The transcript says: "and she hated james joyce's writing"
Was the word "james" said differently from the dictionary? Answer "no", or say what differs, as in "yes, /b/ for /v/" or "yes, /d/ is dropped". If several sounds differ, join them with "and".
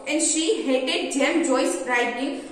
yes, /z/ is dropped